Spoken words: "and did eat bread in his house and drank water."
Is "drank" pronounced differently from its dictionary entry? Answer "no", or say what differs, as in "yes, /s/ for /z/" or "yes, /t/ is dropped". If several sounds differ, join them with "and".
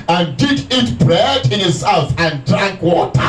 no